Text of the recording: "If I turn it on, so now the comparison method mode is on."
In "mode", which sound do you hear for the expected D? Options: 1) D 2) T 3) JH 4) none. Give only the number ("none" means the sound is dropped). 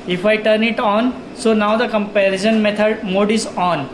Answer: 1